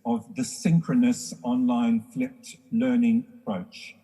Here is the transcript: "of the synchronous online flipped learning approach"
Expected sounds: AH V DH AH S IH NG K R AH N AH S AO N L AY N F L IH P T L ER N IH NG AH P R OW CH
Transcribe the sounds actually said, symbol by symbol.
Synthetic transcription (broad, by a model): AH V DH AH S IH NG K R AH N AH S AO N L AY N F L IH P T L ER N IH NG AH P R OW CH